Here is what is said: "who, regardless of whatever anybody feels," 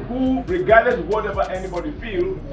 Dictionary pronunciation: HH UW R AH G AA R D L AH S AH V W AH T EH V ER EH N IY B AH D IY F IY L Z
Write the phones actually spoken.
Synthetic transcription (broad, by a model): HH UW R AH G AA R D AH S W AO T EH V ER EH N IY B AH D IY F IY L